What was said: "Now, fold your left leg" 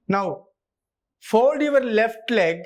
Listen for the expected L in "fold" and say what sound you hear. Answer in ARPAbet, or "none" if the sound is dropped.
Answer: none